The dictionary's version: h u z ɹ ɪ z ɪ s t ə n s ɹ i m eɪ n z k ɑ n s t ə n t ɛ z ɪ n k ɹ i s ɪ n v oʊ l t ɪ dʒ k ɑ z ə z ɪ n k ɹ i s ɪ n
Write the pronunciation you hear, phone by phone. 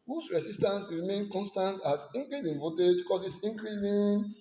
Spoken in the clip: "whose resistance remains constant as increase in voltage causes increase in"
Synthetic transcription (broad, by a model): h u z ɹ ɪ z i s t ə n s ɹ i m eɪ n k ɑ n s t ə n t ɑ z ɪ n k ɹ i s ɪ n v oʊ t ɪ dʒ k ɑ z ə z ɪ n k ɹ i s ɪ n